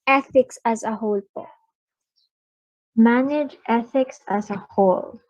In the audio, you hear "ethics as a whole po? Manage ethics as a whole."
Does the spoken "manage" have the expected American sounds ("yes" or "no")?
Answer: yes